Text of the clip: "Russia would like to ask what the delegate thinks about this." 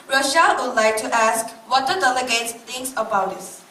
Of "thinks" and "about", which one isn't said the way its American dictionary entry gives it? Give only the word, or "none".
thinks